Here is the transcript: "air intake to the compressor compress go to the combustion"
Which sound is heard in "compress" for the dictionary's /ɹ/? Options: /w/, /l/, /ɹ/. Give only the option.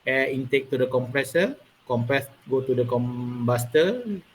/ɹ/